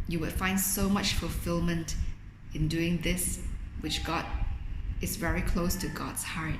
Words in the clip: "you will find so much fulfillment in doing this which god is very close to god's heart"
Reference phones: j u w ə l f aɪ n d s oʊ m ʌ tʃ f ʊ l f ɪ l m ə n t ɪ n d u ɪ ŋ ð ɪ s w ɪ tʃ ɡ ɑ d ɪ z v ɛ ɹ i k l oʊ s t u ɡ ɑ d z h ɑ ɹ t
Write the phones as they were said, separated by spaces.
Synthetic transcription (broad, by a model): j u w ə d f aɪ n d s oʊ m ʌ tʃ f ʊ l f ɪ l m ə n t ɪ n d u ɪ ŋ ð ɪ s w ɪ tʃ ɡ ɑ d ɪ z v ɛ ɹ i k l oʊ s t u ɡ ɑ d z h ɑ ɹ t